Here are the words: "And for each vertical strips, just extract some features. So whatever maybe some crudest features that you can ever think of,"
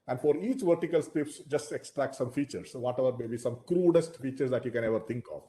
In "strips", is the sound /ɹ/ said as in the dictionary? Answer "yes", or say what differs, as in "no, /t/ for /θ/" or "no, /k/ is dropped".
no, /ɹ/ is dropped